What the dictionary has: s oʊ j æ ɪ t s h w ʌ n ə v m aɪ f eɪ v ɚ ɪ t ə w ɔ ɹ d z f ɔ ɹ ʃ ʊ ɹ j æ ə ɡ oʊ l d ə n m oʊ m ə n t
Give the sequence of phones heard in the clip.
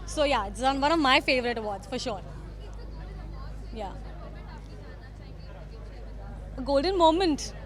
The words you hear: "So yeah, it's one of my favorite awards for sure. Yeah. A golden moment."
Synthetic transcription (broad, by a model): s oʊ j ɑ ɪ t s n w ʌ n ə v m aɪ f eɪ v ɚ ɪ t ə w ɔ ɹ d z f ɔ ɹ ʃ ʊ ɹ j ə ɡ oʊ l d ə n m oʊ m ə n t